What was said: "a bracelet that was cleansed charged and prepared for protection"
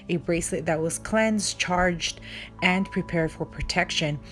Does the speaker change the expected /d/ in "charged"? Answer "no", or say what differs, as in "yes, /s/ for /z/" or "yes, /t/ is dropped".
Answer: no